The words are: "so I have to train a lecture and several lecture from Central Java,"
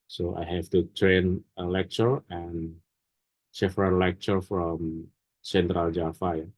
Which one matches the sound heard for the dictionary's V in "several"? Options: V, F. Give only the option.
F